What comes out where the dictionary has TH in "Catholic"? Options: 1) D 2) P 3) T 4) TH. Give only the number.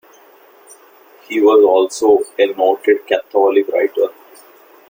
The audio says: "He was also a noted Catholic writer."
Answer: 3